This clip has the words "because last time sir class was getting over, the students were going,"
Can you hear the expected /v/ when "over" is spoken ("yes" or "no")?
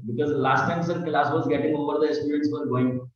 no